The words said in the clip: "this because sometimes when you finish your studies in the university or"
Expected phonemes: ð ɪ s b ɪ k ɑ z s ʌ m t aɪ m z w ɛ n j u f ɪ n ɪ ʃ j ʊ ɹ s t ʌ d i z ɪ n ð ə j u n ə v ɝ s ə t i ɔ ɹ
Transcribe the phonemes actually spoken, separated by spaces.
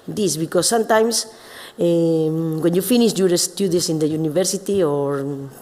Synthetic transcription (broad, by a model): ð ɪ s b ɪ k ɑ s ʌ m t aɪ m s w ɛ n j u f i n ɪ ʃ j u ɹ s t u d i s ɪ n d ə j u n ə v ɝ s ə t i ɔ ɹ